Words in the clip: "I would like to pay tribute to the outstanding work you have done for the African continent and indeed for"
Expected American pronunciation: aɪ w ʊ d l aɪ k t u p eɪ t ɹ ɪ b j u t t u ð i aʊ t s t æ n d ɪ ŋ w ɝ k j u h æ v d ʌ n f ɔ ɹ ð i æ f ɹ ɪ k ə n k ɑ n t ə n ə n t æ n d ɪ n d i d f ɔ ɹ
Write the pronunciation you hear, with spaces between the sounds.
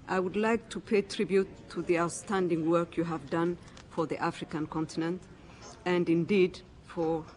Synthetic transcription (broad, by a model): aɪ w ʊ d l aɪ k t u p eɪ t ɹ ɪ b j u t t u ð i aʊ t s t æ n d ɪ ŋ w ɝ k j u h æ v d ʌ n f ɔ ɹ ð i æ f ɹ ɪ k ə n k ɑ n t ə n ə n t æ n d ɪ n d i d f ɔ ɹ